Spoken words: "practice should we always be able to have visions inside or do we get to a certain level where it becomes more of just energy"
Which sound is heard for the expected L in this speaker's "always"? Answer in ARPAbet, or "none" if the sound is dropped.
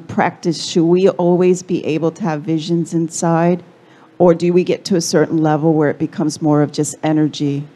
L